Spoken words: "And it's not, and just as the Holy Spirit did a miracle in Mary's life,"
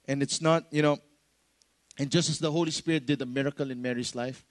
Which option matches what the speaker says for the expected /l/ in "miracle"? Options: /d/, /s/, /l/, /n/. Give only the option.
/l/